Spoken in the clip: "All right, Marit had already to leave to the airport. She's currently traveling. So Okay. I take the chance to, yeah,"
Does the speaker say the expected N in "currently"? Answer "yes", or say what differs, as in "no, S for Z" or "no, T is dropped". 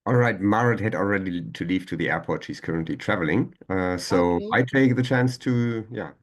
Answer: yes